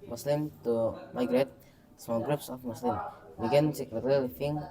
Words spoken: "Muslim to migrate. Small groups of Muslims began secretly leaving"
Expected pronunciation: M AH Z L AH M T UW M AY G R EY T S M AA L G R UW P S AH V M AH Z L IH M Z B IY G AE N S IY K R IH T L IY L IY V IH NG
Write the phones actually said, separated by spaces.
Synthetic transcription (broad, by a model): M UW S L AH M T UW M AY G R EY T S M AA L G R UW P S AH F M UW S L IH M B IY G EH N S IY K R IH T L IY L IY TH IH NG